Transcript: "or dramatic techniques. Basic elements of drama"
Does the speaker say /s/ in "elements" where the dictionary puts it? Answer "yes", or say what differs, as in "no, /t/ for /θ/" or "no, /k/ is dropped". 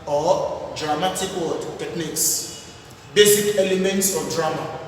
yes